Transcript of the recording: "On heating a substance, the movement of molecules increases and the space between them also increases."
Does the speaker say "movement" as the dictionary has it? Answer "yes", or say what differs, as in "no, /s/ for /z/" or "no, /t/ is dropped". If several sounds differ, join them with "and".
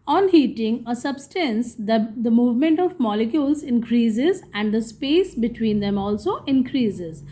yes